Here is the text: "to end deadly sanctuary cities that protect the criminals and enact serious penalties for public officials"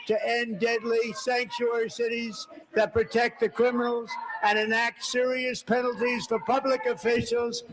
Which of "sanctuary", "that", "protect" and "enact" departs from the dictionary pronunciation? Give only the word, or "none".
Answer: none